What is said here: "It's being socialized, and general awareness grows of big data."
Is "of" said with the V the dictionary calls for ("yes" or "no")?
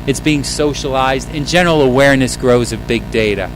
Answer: yes